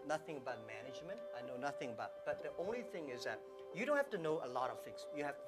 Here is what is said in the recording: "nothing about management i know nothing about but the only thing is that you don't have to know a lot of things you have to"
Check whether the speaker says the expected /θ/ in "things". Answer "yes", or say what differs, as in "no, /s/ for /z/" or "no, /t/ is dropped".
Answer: no, /f/ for /θ/